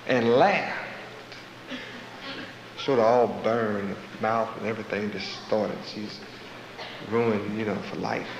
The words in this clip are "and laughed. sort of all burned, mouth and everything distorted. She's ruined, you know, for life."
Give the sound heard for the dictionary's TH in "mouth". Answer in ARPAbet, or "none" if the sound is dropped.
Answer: TH